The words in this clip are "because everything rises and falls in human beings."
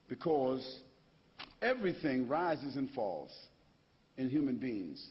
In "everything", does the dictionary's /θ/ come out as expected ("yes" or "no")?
yes